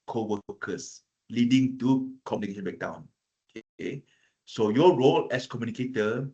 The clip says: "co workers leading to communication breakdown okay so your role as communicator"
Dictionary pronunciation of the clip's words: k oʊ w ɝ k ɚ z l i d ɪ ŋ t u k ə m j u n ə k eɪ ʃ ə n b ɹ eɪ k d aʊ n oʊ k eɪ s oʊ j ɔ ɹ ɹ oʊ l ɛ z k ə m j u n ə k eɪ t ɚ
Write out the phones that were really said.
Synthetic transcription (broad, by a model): k oʊ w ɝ k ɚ s l i d ɪ ŋ t u k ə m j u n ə k eɪ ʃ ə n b eɪ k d aʊ n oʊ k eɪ s oʊ j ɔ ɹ ɹ oʊ l ɛ s k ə m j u n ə k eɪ t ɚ